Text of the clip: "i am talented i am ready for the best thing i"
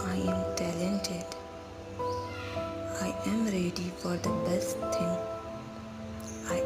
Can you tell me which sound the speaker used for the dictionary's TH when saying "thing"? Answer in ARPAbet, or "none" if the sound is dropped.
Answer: T